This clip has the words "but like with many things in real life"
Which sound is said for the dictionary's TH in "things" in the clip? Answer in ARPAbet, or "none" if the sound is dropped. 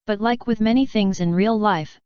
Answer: TH